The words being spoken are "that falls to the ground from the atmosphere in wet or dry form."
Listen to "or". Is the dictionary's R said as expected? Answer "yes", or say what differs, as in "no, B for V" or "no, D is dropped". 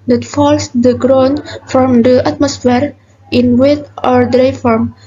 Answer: yes